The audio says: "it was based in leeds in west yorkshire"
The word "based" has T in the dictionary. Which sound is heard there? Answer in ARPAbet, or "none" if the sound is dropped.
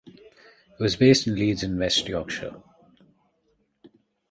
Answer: T